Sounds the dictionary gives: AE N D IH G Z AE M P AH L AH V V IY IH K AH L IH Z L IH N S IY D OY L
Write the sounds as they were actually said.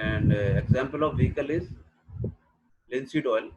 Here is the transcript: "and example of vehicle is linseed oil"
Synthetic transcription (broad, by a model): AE N D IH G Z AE M P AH L AH V V IY IH K AH L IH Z L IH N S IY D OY L